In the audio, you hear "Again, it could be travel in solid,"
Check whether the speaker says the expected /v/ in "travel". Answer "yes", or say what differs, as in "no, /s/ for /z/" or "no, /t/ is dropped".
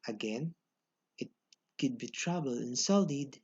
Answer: no, /b/ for /v/